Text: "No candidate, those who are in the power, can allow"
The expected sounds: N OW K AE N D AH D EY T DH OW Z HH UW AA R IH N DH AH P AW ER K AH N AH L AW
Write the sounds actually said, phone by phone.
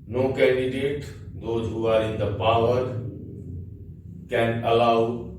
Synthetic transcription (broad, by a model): N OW K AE N D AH D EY T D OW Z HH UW AA R IH N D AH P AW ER K AH N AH L AW